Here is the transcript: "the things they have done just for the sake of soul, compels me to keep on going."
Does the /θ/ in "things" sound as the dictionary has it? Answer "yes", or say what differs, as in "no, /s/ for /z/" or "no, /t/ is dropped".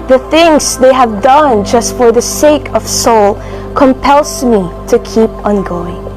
yes